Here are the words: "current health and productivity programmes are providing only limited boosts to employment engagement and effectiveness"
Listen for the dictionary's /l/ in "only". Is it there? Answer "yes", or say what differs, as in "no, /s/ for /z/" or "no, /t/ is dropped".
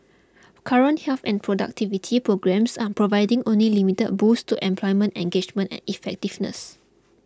yes